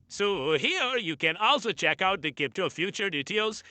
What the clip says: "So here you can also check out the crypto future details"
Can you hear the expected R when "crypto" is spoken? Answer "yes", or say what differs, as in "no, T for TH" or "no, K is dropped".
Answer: no, R is dropped